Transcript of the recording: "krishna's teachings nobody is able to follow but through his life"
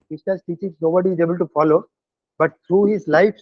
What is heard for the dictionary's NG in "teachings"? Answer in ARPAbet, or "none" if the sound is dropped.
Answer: none